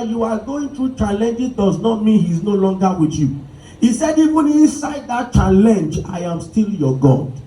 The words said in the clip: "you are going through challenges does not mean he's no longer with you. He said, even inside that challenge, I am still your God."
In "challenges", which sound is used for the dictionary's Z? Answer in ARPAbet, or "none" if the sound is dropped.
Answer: none